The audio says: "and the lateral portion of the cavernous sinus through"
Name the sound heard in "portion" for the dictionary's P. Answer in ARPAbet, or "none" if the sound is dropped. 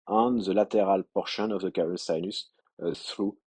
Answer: P